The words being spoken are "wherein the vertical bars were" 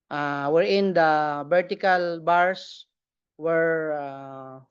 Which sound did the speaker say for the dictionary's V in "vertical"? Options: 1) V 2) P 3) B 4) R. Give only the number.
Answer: 3